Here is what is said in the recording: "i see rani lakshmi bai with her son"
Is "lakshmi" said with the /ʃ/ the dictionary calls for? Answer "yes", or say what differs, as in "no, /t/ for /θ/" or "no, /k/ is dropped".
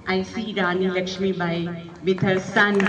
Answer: yes